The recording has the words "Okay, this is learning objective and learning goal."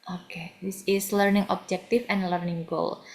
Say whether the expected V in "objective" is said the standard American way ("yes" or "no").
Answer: no